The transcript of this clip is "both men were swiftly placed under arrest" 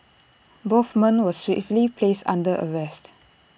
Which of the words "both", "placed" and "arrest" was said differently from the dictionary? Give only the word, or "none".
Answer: both